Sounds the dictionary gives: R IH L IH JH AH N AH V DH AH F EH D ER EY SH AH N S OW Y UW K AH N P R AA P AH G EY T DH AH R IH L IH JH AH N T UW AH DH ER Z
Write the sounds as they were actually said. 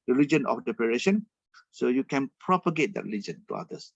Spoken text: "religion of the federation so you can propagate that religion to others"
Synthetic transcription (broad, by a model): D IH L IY JH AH N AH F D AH P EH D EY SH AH N S OW Y UW K AH N P R AA P AH G EY T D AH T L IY JH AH N T UW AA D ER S